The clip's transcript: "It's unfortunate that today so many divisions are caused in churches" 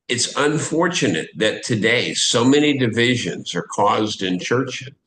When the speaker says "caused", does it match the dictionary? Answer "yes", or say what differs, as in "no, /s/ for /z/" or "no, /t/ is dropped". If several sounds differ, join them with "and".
yes